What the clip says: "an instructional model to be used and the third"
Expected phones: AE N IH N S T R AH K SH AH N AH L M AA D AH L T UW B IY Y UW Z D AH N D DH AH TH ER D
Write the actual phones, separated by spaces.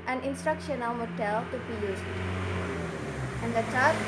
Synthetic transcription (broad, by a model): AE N IH N S T R AH K SH AH N AH L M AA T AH L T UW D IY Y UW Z AH N D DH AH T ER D